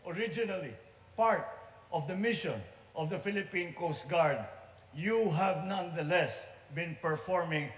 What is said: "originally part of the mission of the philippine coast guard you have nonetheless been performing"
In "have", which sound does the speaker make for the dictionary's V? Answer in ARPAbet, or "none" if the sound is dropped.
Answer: V